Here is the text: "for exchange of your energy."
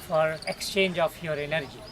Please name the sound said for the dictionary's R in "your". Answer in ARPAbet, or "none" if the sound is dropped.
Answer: R